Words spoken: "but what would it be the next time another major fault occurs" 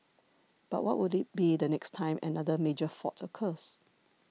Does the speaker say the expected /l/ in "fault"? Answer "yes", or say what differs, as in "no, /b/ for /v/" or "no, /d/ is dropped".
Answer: no, /l/ is dropped